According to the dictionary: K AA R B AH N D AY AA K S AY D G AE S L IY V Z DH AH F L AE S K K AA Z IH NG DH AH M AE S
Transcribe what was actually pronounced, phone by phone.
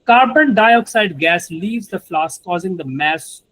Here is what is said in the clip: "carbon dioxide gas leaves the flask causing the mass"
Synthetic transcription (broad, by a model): K AA R B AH N D AY AA K S AY D G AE S L IY V Z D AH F L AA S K K AA Z IH NG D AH M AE S